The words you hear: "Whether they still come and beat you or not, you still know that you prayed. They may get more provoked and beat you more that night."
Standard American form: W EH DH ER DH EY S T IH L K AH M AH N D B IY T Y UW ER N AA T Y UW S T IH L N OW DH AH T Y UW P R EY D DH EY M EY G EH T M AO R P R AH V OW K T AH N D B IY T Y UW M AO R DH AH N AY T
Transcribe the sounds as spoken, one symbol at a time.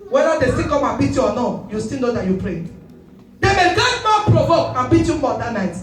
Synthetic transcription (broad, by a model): W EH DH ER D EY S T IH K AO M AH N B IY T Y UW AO N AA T Y UW S T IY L N OW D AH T Y UW P R EY D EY M EY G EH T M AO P R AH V OW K AH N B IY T Y UW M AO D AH N AY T